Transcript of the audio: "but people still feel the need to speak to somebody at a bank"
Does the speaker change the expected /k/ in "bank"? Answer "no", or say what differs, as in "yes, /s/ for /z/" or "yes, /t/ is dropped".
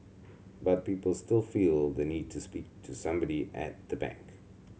no